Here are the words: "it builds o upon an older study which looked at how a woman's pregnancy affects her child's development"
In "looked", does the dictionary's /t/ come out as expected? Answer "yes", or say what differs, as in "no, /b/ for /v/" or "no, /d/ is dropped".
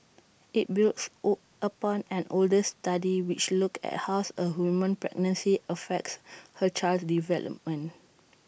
no, /t/ is dropped